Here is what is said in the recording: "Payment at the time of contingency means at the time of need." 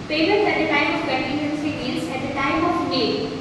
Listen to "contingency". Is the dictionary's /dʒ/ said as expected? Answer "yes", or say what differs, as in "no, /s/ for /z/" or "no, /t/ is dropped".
no, /dʒ/ is dropped